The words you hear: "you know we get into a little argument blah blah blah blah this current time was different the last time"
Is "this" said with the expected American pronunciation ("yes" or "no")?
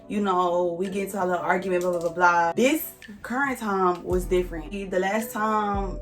yes